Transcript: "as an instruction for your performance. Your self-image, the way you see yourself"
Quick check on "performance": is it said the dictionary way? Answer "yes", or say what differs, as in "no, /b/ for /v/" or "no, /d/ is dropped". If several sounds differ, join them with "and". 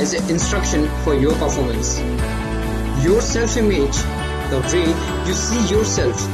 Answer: yes